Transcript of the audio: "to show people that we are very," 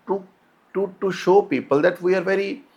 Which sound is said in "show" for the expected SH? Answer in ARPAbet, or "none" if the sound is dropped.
SH